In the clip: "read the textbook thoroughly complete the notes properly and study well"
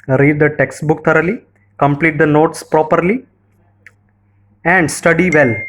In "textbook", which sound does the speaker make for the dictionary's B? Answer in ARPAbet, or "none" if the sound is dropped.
B